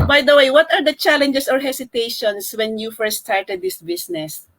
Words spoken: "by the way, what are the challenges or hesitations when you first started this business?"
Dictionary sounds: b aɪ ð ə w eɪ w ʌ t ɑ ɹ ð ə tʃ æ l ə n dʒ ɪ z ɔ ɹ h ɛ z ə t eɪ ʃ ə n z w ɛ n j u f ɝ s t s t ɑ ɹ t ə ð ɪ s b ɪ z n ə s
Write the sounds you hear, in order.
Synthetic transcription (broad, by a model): b aɪ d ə w eɪ w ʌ t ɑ ɹ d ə tʃ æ l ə n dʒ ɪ s ɔ ɹ h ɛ s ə t eɪ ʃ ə n s w ɛ n j u f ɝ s s t ɑ ɹ t ə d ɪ s b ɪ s n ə s